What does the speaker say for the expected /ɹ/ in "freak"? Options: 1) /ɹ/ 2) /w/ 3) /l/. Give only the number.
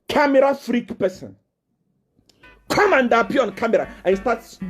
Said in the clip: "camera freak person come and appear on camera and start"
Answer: 1